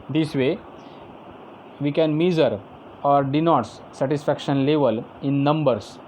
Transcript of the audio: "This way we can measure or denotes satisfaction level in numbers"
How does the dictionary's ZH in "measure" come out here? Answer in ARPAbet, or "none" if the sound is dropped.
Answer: Z